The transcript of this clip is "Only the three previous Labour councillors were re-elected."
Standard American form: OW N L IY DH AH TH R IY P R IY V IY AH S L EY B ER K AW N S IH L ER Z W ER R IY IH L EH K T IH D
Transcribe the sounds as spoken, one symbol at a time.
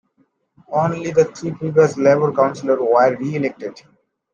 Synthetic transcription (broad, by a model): OW N L IY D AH T R IY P IY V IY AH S L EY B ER K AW N S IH L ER W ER R IY IH L EH K T IH D